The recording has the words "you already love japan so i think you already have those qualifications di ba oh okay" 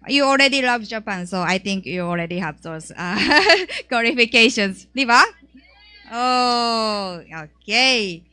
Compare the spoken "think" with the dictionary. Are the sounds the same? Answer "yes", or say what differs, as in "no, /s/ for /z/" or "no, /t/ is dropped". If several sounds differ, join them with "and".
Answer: no, /t/ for /θ/